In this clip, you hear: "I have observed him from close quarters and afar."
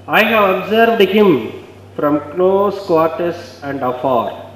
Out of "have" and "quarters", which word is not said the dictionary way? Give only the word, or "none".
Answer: quarters